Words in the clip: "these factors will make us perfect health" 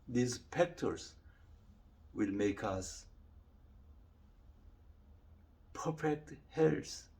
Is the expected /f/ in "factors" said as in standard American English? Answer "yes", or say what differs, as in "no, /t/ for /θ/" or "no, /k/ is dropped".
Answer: no, /p/ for /f/